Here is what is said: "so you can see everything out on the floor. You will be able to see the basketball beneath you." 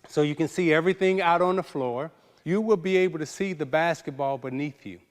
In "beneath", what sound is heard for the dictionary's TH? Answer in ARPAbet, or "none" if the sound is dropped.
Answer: TH